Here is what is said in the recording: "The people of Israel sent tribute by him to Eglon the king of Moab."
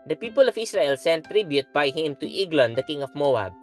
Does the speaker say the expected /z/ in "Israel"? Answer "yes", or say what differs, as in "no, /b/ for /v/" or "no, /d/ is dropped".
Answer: no, /s/ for /z/